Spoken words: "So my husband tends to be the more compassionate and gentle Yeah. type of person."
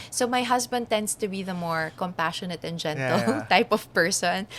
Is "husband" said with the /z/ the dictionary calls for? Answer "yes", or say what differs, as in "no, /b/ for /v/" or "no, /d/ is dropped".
no, /s/ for /z/